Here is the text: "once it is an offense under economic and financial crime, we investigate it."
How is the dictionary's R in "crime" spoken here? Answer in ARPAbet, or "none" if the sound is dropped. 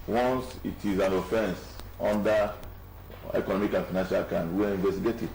none